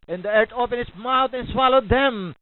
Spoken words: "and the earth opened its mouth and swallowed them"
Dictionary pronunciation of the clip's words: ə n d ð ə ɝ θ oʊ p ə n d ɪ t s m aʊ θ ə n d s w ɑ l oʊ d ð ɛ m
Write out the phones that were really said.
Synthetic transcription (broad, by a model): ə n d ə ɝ t oʊ p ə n ɪ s m aʊ t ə n s w ɑ l oʊ d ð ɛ m